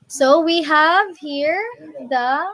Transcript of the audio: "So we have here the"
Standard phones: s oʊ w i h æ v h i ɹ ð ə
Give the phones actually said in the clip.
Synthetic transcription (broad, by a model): s oʊ w i h æ v h i ɹ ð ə